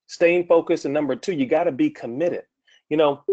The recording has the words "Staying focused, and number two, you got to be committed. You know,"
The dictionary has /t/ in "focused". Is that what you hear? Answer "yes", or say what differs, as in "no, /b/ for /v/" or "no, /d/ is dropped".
no, /t/ is dropped